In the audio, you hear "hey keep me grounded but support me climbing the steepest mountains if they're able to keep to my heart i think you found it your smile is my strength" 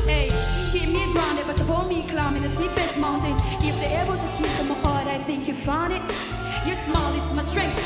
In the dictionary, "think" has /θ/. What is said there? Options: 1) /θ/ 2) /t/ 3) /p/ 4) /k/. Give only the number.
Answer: 1